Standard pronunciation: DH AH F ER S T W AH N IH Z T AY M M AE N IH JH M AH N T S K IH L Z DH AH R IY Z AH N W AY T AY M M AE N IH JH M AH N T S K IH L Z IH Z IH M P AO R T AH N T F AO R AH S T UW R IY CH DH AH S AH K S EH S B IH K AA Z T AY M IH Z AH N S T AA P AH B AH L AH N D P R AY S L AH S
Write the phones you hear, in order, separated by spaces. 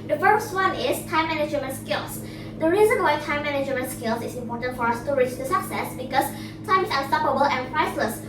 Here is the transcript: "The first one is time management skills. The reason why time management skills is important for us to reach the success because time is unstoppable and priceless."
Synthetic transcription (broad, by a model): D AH F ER S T W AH N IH S T AY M M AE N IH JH M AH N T S K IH L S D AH R IY Z AH N W AY T AY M M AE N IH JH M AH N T S K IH L S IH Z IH M P AO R T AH N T F AO R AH S T UW R IY CH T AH S AH K S EH S B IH K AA S T AY M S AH S T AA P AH B AH L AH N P R AY S L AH S